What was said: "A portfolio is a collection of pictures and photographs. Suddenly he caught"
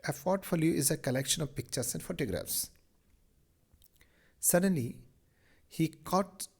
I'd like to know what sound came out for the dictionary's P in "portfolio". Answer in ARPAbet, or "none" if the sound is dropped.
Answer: F